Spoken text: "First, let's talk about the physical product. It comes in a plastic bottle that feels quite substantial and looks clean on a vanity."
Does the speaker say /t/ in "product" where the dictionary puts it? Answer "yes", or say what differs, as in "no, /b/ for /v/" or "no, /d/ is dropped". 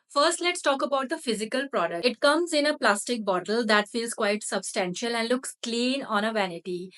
no, /t/ is dropped